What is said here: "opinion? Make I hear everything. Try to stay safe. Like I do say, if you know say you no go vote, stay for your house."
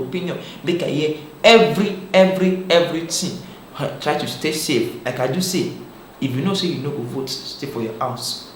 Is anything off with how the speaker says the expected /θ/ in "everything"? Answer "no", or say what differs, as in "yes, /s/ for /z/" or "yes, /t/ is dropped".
yes, /t/ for /θ/